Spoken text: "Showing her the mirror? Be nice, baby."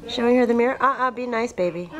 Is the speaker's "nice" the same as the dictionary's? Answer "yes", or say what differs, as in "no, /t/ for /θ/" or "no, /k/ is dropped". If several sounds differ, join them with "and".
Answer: yes